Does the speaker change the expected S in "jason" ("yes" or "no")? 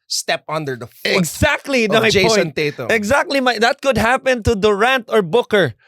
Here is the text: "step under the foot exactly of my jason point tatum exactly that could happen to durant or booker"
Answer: yes